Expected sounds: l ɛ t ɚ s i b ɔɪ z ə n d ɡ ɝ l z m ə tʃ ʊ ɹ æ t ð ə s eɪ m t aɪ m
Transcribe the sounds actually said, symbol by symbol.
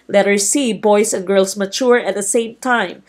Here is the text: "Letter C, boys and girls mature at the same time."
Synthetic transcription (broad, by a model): l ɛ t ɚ s i b ɔɪ s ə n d ɡ ɝ l s m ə tʃ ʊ ɹ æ t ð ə s eɪ m t aɪ m